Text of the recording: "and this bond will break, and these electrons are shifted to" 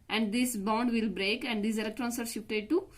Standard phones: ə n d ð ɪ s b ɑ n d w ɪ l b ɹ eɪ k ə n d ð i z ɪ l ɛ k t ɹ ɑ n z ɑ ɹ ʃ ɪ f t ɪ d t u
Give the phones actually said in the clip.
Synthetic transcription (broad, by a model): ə n d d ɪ s b ɑ n d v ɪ l b ɹ eɪ k ə n d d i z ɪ l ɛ k t ɹ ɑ n s ɑ ɹ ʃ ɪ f t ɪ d t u